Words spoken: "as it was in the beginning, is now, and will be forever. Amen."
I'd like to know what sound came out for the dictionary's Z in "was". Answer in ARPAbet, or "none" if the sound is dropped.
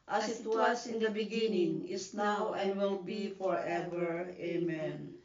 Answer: S